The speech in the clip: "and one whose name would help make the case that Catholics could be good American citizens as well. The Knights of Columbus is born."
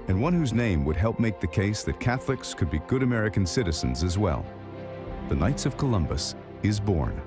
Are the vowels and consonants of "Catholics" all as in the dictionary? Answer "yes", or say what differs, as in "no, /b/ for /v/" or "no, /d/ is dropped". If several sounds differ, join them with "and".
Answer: yes